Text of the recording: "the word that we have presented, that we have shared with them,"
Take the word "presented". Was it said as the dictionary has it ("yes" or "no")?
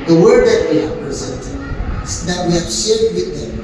yes